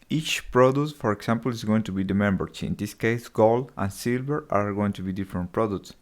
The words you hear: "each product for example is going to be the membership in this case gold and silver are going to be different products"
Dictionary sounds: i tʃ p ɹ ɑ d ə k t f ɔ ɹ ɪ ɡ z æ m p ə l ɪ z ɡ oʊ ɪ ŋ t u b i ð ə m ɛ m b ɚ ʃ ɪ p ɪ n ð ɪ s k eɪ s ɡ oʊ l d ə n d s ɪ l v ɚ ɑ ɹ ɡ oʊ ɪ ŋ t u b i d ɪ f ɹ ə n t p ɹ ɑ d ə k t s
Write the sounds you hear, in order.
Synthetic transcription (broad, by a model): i tʃ p ɹ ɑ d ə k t f ɔ ɹ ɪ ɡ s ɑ m p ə l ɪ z ɡ oʊ ɪ ŋ t u b i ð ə m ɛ m b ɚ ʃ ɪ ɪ n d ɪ s k eɪ s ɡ oʊ l ə n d s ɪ l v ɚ ɑ ɹ ɡ oʊ ɪ ŋ t u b i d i f ɹ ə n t p ɹ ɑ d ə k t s